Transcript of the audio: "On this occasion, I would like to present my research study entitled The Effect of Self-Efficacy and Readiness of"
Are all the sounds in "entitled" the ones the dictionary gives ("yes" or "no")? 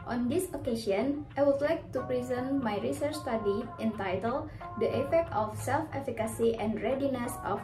yes